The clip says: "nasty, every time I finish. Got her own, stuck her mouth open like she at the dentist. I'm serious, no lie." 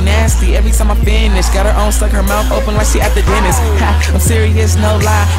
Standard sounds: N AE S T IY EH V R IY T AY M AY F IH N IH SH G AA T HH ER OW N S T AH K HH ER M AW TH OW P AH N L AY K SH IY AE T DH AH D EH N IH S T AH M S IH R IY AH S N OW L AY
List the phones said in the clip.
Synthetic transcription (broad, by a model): N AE S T IY EH V R IY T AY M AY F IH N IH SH G AA T HH ER OW N S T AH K HH ER M AW TH OW P AH N W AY SH IY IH T DH AH D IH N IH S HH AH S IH R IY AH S N OW L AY